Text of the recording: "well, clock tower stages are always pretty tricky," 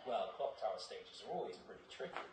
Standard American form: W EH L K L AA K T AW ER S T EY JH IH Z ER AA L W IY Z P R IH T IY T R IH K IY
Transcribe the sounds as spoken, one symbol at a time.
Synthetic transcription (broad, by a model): W EH L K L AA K T AW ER S T EY JH IH Z ER AA L W IY Z P R IH T IY T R IH K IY